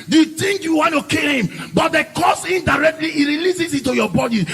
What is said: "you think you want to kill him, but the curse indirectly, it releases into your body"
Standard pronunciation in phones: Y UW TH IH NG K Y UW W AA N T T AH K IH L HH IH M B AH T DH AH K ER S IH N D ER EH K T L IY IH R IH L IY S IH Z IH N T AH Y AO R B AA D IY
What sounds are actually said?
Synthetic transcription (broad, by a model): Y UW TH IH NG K Y UW W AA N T T AH K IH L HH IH M B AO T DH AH K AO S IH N D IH EH K T L IY IH R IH L IY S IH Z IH T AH Y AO B AA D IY